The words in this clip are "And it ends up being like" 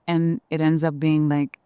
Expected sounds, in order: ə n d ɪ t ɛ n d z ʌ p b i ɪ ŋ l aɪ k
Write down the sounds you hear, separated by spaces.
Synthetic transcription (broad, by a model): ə n ɪ t ɛ n d z ʌ p b i ɪ ŋ l aɪ k